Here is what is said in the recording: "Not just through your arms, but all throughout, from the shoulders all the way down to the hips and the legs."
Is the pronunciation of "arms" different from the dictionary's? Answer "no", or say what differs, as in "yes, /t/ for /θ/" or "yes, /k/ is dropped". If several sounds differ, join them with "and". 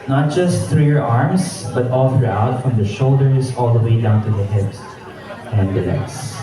yes, /s/ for /z/